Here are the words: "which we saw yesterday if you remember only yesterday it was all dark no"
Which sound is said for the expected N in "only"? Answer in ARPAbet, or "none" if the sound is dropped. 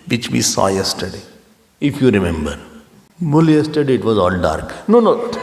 none